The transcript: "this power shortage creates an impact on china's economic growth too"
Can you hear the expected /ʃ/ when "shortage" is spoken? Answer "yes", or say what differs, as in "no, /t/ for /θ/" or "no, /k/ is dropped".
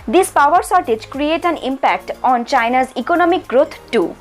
no, /s/ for /ʃ/